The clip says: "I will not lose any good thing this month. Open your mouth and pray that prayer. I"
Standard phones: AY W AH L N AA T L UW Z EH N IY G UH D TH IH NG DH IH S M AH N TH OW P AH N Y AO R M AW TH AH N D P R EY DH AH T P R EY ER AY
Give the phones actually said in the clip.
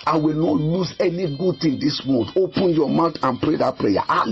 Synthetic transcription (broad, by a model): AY W AH L N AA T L UW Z EH N IY G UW D T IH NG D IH S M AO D OW P AH N Y AO M AW T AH N P R EY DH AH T P R EY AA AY